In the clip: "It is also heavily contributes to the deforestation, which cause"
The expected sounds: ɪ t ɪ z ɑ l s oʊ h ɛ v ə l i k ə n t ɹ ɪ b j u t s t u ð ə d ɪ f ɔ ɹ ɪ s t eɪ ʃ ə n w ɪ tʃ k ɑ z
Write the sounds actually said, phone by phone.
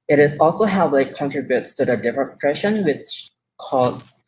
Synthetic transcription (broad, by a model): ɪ t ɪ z ɑ l s oʊ h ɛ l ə i k ə n t ɹ ɪ b j u t s t u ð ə d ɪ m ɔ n s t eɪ ʃ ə n w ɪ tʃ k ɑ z